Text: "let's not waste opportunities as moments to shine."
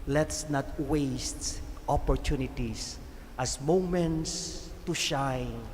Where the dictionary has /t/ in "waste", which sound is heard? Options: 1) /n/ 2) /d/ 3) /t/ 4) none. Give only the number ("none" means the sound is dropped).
3